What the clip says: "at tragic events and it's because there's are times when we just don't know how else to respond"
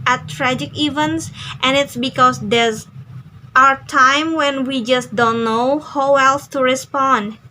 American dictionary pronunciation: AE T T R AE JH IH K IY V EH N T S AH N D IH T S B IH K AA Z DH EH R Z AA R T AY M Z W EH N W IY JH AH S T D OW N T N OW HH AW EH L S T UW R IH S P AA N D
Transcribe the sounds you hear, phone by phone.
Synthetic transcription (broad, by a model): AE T T R AE JH IH K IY V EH N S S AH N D IH T S B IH K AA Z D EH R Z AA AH T AY M W EH N W IY JH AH S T D OW N T N OW HH AW EH L S T UW R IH S P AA N D